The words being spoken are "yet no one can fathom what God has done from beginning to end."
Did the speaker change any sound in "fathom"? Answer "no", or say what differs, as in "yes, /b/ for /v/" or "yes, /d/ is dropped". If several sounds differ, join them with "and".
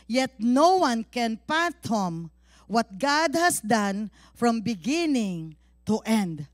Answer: yes, /p/ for /f/